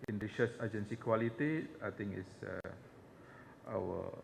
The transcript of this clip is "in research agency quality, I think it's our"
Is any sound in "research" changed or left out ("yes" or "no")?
yes